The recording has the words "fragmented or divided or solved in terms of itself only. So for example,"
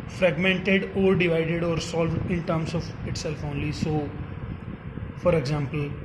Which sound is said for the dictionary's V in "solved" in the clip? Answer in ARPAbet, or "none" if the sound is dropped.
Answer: V